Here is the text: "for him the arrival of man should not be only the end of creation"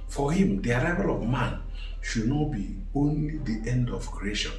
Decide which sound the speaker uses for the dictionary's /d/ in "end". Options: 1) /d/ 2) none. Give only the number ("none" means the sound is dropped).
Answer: 1